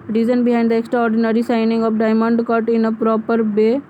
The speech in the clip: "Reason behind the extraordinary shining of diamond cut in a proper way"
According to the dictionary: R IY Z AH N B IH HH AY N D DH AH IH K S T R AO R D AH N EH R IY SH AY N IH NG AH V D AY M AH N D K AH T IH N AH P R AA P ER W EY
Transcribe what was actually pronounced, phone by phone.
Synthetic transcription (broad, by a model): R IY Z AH N B IH HH AY N D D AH K S T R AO R D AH N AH R IY S AY N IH NG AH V D AY M AH N D K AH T IH N AH P R AA P ER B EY